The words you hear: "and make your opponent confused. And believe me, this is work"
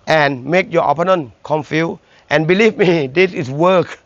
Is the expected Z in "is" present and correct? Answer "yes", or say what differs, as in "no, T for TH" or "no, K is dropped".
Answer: no, S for Z